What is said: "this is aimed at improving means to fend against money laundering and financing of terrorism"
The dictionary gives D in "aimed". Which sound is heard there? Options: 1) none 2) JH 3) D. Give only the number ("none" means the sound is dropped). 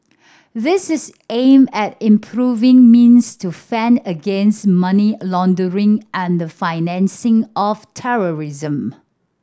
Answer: 1